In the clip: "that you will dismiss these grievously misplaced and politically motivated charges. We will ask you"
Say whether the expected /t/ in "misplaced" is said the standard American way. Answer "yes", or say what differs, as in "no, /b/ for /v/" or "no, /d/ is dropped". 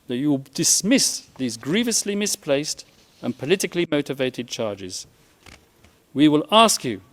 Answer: yes